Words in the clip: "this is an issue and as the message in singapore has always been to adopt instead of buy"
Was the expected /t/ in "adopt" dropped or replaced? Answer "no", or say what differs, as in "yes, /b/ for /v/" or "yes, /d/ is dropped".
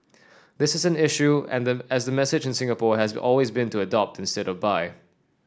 no